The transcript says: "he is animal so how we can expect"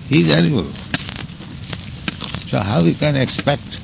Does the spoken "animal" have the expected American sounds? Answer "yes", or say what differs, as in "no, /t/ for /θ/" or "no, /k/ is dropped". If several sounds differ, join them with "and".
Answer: no, /l/ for /n/